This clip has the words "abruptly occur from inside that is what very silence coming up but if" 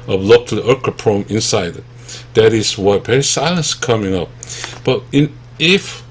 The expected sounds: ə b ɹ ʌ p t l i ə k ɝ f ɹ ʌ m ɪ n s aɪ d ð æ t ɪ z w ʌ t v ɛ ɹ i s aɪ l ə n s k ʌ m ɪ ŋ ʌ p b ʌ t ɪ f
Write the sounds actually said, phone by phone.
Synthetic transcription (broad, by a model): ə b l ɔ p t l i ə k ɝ p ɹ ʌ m ɪ n s aɪ d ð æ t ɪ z w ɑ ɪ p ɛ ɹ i s aɪ l ə n s k ʌ m ɪ ŋ ʌ p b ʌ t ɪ f